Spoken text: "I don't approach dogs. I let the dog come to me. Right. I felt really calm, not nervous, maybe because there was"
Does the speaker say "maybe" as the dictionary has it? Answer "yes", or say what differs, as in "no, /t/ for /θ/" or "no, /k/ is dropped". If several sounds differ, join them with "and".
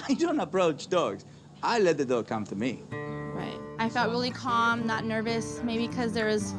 no, /b/ is dropped